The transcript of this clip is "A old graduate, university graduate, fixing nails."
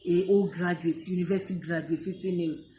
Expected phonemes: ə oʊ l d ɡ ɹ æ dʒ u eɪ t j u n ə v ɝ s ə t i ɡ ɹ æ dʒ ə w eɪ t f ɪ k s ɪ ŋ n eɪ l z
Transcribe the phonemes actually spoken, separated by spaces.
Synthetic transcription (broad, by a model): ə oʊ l ɡ ɹ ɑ dʒ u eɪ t j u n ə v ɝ s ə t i ɡ ɹ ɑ dʒ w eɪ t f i s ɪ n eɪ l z